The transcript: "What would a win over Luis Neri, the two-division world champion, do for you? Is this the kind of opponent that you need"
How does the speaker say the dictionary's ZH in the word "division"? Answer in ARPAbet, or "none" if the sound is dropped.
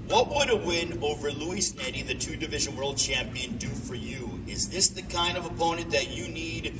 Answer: ZH